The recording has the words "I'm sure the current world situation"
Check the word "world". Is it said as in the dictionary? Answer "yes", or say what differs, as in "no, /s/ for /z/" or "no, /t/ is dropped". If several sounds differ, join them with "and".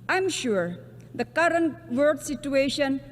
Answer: no, /l/ is dropped